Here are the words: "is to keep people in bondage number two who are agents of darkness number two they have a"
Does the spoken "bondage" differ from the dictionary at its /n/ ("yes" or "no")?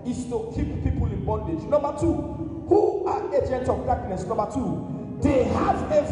no